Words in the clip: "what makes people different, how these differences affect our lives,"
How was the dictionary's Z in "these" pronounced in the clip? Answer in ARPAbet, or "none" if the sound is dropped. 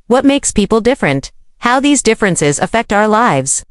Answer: Z